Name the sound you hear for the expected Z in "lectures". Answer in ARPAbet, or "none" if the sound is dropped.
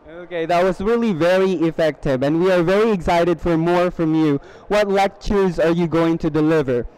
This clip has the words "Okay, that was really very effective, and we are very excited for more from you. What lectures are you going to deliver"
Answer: Z